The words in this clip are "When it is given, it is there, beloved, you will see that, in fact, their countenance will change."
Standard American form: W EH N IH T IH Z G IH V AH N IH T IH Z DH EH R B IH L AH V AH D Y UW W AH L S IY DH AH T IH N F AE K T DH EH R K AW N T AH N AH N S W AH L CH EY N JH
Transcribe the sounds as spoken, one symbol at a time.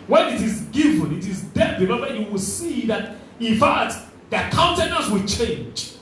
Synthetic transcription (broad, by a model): W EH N IH T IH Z G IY V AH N IH T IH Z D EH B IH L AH W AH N Y UW W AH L S IY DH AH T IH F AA T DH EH K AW N T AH N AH S W AH L CH EY N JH